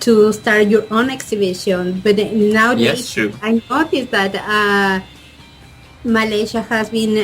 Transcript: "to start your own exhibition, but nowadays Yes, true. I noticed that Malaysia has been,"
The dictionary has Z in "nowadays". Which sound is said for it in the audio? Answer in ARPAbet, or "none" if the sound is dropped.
none